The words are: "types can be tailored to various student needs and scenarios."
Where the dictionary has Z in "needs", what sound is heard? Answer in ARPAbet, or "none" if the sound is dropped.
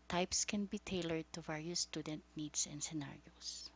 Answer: S